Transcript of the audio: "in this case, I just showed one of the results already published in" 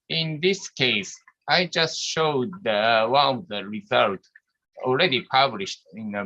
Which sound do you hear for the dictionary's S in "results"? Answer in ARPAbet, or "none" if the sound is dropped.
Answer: none